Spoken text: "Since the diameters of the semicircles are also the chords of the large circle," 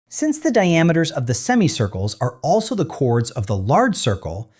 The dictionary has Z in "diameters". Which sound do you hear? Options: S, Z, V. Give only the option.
Z